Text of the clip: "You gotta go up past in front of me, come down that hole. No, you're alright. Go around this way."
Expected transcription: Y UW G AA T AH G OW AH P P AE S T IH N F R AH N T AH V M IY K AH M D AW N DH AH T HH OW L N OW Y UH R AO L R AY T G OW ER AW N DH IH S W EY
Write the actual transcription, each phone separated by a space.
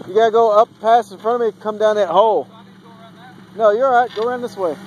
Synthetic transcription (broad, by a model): Y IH G AA T AH G OW AH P P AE S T IH N F R AH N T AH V M IY K AH M D AW N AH T HH OW L N OW UH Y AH R AY T G OW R AW N DH IH S W EY